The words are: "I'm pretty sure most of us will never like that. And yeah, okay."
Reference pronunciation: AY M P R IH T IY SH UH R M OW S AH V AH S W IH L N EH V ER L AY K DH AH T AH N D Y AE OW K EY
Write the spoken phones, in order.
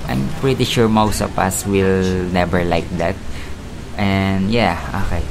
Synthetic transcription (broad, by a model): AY M P R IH T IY SH UH R M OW S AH P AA S W IH L N EH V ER L AY K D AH T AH N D Y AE OW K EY